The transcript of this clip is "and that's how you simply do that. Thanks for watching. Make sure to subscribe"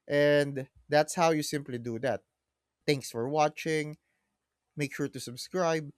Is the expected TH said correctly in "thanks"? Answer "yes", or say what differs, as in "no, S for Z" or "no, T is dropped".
no, T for TH